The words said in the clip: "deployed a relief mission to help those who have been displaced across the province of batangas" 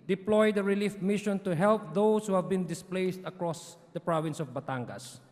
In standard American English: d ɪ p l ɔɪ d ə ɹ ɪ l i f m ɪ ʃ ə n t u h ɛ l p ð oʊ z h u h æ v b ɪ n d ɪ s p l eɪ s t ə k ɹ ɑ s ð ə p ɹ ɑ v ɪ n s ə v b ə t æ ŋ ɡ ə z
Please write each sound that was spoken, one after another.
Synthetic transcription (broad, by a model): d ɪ p l ɔɪ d ə ɹ ɪ l i f m ɪ ʃ ə n t u h ɛ l p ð oʊ s h u h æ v b ɪ n d ɪ s p l eɪ s t ə k ɹ ɑ s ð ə p ɹ ɑ v ɪ n s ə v b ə t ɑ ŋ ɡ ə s